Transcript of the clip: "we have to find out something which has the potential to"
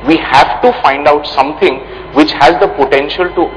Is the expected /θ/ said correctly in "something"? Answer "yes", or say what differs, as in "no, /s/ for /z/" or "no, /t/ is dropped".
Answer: no, /t/ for /θ/